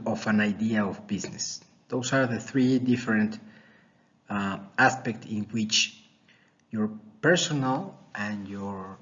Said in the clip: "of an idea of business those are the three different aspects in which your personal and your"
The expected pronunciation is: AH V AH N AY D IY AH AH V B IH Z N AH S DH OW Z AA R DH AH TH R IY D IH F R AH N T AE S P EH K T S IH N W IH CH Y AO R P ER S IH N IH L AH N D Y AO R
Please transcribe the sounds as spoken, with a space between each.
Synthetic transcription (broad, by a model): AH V AH N AY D IY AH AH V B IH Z N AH S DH OW S AA R DH AH TH R IY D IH F R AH N T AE S P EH K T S IH N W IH CH Y AO R P ER S IH N IH L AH N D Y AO R